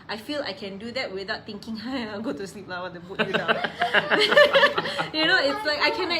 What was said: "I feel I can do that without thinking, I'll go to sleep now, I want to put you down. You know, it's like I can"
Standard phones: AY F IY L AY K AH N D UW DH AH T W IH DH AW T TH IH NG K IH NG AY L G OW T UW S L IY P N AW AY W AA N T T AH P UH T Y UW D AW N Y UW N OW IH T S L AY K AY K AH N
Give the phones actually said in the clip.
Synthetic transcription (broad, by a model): AY F IY L AY K AH N D UW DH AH T W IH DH AW T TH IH NG K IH NG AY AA G OW T UW S L IY P L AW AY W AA T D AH B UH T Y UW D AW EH Y UW N OW IH T S L AY K AY K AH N